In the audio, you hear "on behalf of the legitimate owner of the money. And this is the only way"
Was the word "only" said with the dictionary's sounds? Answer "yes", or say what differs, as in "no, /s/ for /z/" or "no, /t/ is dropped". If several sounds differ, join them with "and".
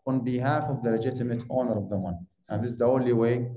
yes